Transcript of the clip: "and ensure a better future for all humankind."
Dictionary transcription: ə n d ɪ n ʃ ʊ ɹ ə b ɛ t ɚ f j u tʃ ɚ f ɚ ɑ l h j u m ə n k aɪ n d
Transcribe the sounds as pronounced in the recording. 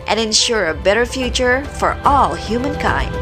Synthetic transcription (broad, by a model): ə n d ɪ n ʃ ʊ ɹ ə b ɛ t ɚ f j u tʃ ɚ f ɚ ɑ l h j u m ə n k aɪ n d